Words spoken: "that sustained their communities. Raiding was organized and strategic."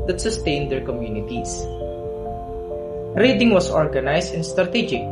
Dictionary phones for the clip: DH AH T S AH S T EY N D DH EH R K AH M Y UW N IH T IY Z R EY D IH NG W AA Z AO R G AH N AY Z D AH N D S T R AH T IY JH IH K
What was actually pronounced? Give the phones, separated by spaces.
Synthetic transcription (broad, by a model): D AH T S AH S T EY N D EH R K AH M Y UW N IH T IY S R EY D IH NG W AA S AO R G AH N AY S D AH N S T R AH T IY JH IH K